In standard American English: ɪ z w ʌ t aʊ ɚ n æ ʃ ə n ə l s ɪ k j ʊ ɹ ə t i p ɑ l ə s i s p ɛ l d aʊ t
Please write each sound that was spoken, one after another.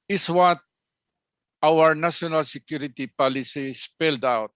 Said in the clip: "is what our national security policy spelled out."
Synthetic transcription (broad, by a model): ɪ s w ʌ t aʊ ɚ n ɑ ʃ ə n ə l s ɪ k j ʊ ɹ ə t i p ɑ l ə s i s p ɛ l d aʊ t